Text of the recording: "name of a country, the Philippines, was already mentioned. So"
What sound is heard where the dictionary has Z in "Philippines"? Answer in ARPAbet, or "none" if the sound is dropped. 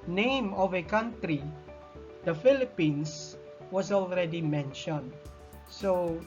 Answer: S